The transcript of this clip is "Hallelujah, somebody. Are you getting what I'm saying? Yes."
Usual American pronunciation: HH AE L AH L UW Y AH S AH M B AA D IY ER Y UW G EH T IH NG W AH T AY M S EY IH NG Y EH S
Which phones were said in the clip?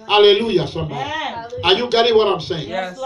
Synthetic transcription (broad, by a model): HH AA L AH L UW Y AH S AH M AA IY Y UW G EH T IH NG W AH T AY M S EY IH NG